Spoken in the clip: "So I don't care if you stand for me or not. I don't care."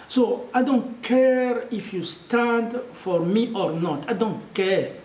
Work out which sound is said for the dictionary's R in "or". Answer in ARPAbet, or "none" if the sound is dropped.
R